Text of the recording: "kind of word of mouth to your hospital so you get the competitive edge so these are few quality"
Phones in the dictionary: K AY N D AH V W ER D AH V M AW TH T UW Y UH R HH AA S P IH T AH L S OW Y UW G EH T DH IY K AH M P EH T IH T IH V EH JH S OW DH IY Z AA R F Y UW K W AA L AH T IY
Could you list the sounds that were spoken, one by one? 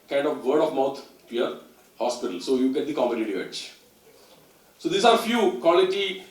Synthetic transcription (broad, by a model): K AY N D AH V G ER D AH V M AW T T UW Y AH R HH AA S P IH T AH L S OW Y UW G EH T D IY K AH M EH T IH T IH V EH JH S OW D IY S AA R F Y UW K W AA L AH T IY